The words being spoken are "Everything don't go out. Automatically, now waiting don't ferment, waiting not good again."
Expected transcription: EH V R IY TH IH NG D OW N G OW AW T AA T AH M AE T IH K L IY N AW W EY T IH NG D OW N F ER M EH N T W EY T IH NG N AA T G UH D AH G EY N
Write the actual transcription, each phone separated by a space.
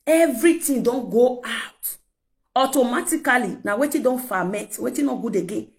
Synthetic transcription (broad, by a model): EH V R IY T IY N D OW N G OW AW T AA T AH M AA T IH K L IY N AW W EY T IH D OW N F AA M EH T W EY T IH N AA G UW D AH G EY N